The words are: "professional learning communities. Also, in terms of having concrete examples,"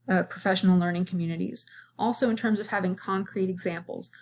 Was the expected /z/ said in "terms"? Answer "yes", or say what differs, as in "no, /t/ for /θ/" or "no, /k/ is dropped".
yes